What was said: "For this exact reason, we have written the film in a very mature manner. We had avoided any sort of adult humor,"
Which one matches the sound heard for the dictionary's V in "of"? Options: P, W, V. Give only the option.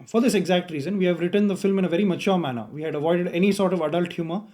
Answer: V